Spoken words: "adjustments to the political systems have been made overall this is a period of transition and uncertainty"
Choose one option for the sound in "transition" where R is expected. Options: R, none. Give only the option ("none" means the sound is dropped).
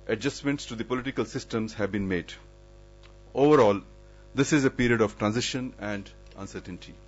R